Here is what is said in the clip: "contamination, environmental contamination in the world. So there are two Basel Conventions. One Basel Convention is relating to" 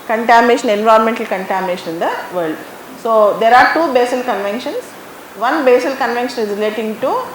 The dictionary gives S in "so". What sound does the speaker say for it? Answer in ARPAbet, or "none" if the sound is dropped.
S